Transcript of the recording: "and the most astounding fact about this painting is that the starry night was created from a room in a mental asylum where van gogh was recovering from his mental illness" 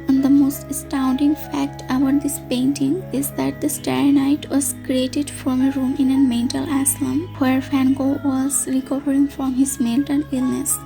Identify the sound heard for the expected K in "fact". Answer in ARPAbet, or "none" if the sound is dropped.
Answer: K